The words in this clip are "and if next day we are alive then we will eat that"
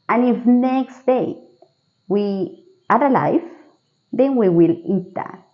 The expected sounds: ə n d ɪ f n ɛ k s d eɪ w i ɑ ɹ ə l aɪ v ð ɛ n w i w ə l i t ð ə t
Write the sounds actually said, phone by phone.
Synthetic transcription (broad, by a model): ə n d ɪ f n ɛ k s d eɪ w i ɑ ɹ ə l aɪ f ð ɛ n w i w ə l i t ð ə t